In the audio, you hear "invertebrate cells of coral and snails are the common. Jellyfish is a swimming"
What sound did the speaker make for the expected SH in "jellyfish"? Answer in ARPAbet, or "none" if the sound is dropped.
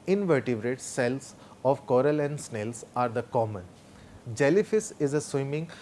S